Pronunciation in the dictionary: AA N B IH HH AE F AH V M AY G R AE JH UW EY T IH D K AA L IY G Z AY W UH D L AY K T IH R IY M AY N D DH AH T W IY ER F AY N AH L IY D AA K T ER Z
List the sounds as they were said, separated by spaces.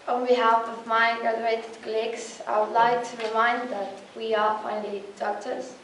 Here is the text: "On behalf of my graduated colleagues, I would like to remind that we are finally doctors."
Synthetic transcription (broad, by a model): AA N B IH HH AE F AH V M AY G R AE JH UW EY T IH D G L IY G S AY W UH D L AY K T IH R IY M AY N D DH AH T W IY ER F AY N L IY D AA K T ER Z